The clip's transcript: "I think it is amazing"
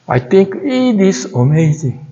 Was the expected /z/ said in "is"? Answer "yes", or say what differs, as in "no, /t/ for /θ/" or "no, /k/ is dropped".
no, /s/ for /z/